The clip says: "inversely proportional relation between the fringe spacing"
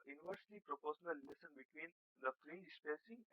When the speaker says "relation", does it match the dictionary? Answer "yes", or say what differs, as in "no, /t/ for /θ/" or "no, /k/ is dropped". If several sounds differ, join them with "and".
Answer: no, /s/ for /ʃ/